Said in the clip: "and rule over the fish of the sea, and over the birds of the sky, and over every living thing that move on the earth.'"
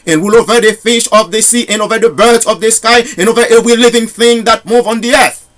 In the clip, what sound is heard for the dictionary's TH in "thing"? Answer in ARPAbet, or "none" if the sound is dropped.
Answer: TH